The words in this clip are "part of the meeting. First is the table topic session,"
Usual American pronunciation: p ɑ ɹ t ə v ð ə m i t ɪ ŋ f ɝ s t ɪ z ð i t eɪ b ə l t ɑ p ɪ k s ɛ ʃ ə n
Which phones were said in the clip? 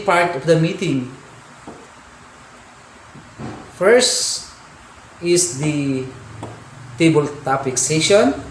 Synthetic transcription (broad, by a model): p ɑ ɹ t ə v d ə m i t ɪ ŋ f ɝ s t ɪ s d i t eɪ b ə l t ɑ p ɪ k s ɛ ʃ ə n